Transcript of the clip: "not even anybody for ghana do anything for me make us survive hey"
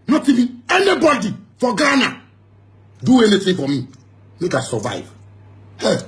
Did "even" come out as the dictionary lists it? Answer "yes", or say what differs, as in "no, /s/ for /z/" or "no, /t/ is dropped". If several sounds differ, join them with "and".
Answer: no, /n/ is dropped